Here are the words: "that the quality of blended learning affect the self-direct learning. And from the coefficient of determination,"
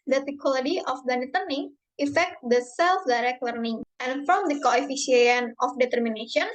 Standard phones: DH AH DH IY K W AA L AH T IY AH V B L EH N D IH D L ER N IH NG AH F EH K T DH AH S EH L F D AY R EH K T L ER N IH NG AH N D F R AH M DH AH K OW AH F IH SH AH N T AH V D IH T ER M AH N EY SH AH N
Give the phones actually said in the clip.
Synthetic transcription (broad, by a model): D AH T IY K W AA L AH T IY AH F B EH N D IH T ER N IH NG AH F EH K T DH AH S EH L F D AY R EH K T L ER N IH NG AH N F R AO M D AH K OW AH F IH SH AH N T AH F D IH T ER M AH N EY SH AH N